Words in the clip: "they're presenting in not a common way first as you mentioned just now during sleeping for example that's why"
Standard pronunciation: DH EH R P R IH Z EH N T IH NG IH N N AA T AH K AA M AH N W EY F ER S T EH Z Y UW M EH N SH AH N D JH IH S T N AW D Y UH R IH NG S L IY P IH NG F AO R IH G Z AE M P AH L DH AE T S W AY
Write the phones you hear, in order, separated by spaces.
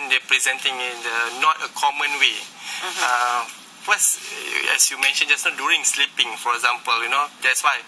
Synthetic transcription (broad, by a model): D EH P R IH Z EH N T IH NG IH N N AA T AH K AA M AH N W EY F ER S EH S Y UW M EH N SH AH N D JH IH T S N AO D Y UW R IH NG S L IY P IH NG F AO R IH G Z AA M P AH L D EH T S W AY